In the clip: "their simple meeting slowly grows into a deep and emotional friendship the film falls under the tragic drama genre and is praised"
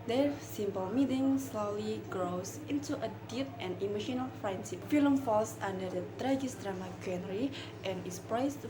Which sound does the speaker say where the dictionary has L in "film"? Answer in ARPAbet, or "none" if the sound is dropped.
none